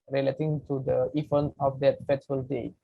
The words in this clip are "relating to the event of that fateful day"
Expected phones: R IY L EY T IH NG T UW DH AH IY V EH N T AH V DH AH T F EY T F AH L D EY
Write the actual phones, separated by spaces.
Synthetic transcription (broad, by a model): R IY L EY T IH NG T UW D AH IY F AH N AH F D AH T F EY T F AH L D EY